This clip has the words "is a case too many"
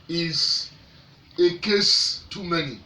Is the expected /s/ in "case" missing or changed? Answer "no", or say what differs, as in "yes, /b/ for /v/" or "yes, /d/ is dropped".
no